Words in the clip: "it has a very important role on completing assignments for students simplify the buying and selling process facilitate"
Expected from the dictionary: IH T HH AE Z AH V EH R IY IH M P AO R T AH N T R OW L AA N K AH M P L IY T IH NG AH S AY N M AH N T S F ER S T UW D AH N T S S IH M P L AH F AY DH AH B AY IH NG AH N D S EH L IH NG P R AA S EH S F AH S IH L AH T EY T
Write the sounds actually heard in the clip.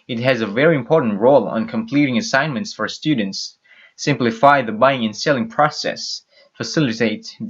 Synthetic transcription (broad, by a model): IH T HH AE Z AH V EH R IY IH M P AO R T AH N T R OW L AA N K AH M P L IY T IH NG AH S AY N M AH N T S F ER S T UW D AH N T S S IH M P L AH F AY DH AH B AY IH NG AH N S EH L IH NG P R AA S EH S F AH S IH L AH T EY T